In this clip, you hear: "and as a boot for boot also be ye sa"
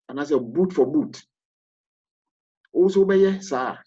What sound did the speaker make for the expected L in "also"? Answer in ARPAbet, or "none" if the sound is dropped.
none